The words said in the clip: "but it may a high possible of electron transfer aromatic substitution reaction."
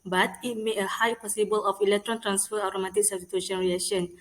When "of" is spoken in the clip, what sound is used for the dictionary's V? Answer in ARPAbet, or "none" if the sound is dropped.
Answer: F